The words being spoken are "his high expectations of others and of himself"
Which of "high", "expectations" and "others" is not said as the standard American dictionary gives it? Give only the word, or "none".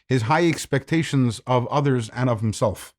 none